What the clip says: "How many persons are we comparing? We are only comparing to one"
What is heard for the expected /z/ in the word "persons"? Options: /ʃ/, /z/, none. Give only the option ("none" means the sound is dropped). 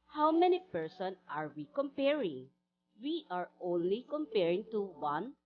none